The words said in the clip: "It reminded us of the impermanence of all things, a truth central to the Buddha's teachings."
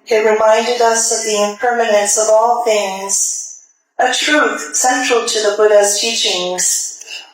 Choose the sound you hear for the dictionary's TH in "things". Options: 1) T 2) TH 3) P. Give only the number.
2